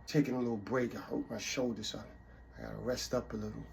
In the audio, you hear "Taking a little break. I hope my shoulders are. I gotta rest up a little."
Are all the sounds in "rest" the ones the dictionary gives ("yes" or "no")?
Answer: yes